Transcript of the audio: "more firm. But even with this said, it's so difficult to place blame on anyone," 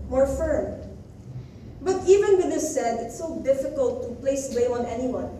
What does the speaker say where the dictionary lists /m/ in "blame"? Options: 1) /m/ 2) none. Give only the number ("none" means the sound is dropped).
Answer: 2